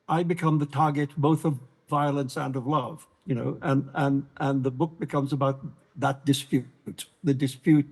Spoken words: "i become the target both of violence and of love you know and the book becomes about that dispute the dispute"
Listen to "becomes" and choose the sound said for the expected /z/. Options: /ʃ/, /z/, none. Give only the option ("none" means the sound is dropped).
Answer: /z/